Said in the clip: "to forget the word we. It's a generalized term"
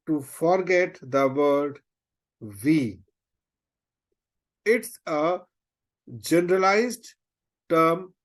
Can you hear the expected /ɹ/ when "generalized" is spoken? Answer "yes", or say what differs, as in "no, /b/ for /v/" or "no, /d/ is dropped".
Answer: yes